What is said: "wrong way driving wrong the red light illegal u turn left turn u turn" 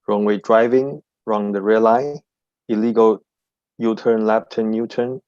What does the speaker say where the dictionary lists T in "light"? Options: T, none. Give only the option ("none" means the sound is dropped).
none